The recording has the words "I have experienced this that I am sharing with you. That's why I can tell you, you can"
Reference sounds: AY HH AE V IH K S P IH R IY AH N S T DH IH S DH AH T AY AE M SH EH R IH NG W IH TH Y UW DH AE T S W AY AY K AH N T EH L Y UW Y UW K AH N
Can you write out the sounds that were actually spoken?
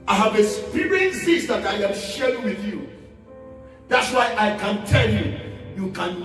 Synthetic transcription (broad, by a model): AY HH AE V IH S P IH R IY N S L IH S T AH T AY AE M SH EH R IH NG W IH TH Y UW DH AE T S W AY AY K AH N T EH L Y UW Y UW K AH N